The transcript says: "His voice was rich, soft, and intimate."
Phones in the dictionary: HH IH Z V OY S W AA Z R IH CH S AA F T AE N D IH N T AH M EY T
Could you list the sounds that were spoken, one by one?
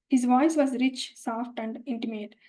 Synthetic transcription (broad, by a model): HH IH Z V OY S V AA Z R IH CH S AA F T AE N D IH N T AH M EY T